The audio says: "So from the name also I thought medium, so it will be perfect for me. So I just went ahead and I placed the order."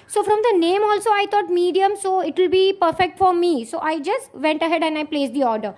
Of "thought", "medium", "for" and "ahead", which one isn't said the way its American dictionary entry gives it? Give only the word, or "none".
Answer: thought